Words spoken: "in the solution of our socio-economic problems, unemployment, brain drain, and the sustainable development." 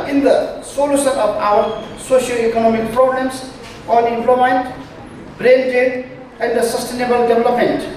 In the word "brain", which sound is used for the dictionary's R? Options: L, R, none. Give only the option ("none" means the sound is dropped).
R